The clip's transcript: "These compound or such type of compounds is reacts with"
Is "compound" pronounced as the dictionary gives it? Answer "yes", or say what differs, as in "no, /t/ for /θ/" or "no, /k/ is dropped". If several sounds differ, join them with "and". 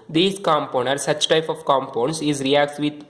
no, /d/ is dropped